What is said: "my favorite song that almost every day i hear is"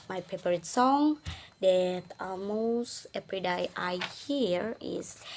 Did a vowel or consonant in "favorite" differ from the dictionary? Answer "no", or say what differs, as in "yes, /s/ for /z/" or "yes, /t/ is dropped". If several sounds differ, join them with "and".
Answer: yes, /p/ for /f/ and /p/ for /v/